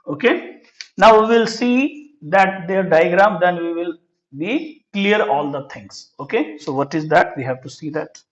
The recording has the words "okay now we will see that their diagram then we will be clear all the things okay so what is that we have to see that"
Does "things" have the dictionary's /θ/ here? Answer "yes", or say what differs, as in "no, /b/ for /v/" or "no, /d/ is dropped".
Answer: no, /t/ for /θ/